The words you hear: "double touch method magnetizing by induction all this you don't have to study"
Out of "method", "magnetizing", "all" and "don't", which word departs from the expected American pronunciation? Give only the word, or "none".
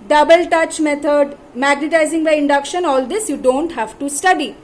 method